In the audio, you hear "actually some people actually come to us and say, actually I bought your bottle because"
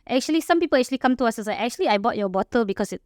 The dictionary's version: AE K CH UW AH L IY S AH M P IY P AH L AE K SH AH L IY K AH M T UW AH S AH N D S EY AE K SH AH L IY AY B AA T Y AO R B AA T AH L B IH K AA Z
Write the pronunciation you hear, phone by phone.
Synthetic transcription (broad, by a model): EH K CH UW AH L IY S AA M P IY P AH L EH K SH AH L IY K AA M T UW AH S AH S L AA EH K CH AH L IY AY B AA T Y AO B AA T AH L B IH K AA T